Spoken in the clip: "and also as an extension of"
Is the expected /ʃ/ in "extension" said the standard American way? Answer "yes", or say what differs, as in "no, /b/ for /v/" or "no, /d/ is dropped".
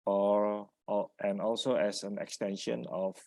yes